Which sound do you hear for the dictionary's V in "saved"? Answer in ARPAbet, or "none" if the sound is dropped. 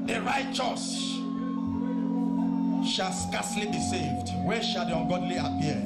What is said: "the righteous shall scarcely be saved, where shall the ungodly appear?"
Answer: V